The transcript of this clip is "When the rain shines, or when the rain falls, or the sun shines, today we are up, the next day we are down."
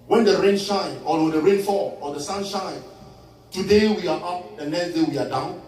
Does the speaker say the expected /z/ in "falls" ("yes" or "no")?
no